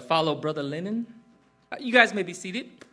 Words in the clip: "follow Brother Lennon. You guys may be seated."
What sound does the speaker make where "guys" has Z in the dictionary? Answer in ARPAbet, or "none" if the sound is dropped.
Z